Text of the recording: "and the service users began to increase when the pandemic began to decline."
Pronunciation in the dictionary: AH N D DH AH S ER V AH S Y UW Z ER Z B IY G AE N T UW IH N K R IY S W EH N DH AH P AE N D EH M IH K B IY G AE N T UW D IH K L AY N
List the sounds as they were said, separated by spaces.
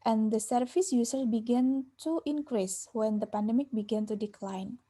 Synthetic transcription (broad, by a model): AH N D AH S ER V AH S Y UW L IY B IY G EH N T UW IH N K R IY S W EH N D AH P AE N D EH M IH K B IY G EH N T UW D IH K L AY N